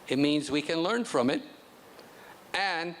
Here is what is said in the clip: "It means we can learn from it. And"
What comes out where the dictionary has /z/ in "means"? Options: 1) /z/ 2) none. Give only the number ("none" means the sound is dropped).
1